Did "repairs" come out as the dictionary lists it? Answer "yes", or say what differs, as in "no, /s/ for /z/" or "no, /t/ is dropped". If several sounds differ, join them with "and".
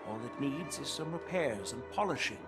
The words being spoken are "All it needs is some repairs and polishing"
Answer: yes